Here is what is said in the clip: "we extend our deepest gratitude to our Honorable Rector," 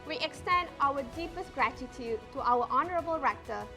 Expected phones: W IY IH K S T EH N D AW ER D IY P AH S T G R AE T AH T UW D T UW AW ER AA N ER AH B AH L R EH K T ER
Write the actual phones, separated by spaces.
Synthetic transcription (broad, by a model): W IY IH K S T EH N D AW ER D IY P AH S T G R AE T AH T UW D T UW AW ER AA N ER AH B AH L R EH K T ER